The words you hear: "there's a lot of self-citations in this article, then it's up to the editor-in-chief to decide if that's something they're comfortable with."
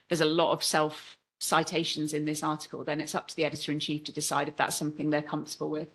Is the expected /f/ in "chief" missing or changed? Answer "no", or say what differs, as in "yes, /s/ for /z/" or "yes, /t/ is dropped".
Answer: no